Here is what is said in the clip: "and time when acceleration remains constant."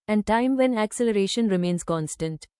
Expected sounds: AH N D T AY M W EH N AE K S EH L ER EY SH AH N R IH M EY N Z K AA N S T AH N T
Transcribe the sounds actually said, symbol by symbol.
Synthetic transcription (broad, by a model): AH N D T AY M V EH N AE K S EH L ER EY SH AH N R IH M EY N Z K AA N S T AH N T